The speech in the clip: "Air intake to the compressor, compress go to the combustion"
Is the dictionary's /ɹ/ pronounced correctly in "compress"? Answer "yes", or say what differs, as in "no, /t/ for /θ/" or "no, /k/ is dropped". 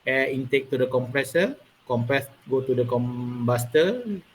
yes